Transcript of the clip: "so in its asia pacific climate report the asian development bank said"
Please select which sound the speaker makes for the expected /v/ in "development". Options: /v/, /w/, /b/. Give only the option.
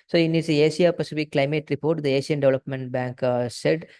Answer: /v/